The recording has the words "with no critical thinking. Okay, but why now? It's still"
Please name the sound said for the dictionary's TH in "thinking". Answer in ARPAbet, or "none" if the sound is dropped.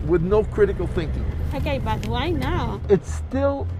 TH